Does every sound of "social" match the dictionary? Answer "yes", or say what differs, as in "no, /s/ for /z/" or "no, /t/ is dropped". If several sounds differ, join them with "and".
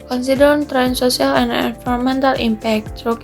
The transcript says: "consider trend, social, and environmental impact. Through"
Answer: no, /s/ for /ʃ/